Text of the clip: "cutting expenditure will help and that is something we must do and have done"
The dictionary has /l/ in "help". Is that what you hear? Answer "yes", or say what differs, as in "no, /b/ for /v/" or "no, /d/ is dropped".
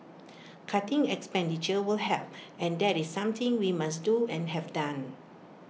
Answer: no, /l/ is dropped